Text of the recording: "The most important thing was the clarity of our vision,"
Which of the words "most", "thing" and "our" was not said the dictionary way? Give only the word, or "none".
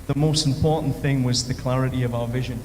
none